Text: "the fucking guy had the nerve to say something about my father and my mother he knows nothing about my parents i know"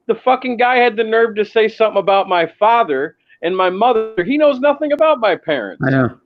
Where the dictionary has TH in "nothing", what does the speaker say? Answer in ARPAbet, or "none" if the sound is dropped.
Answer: TH